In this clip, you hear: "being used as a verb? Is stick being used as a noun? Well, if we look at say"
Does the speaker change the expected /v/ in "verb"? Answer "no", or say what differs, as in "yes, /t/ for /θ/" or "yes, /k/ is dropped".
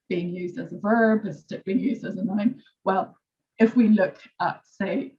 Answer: no